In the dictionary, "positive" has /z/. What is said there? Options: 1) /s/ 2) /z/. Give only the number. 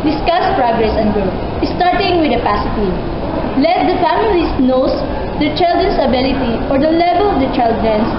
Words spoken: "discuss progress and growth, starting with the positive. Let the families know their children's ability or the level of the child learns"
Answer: 1